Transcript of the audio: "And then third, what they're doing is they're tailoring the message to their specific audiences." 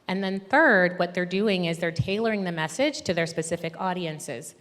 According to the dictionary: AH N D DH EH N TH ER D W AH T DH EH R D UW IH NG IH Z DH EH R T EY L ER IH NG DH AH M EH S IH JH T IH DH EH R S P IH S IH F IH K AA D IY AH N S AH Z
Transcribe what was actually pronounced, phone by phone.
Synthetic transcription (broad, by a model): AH N DH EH N TH ER D W AH T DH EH R D UW IH NG IH Z DH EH R T EY L ER IH NG DH AH M EH S IH JH T IH DH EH R S P IH S IH F IH K AA D IY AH N S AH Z